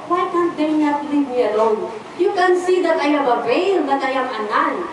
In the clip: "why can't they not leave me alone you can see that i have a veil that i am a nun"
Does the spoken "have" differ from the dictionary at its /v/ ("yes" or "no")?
yes